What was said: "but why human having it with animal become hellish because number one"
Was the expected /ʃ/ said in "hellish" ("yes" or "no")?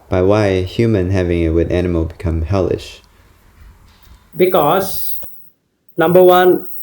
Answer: yes